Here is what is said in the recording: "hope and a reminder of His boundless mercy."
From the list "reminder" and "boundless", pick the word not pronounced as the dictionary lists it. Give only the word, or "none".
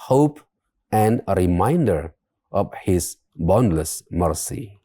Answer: none